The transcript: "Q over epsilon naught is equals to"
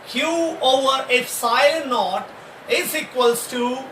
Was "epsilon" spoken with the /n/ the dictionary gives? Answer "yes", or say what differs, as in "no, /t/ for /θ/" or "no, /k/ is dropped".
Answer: no, /l/ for /n/